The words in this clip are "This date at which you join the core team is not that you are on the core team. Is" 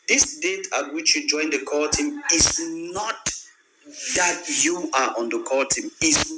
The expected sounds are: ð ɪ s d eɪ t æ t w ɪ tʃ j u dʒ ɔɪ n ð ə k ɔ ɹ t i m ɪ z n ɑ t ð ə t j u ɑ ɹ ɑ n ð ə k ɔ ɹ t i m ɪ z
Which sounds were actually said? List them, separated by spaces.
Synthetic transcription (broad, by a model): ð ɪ s d eɪ t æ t w ɪ tʃ j u dʒ ɔɪ n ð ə k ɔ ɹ t i m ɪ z n ɑ t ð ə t j u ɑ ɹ ɑ n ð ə k ɔ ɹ t i m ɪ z